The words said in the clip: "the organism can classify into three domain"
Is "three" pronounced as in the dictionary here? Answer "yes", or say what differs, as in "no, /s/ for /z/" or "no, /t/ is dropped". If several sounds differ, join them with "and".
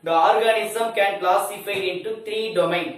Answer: no, /t/ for /θ/